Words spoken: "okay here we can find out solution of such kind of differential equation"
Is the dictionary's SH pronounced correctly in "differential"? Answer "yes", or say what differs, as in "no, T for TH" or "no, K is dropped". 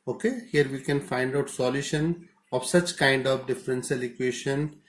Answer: no, S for SH